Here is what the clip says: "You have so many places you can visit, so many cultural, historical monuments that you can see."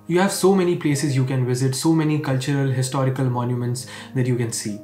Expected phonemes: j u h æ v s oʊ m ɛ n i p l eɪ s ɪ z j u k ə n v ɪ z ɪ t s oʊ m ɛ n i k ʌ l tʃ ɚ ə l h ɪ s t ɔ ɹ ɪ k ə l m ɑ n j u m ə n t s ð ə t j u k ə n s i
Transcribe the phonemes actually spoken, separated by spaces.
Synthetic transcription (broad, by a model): j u h æ v s oʊ m ɛ n i p l eɪ s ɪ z j u k ə n v ɪ z ɪ t s oʊ m ɛ n i k ʌ l tʃ ɚ ə l h ɪ s t ɔ ɹ ɪ k ə l m ɑ n j u m ə n t s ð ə t j u k ə n s i